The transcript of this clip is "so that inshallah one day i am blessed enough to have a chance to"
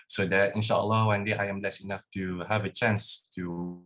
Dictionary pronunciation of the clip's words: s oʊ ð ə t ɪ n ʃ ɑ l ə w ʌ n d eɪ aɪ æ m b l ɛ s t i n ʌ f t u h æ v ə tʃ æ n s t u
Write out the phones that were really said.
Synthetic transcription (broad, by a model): s oʊ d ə t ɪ n ʃ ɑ l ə w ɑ n d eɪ aɪ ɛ m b l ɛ s i n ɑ f t u h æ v ə tʃ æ n s t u